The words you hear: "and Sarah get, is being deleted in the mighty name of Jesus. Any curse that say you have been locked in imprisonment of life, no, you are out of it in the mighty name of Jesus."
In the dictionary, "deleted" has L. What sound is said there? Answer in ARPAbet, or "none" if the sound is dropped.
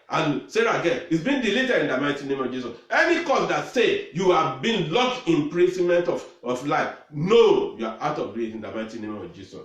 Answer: L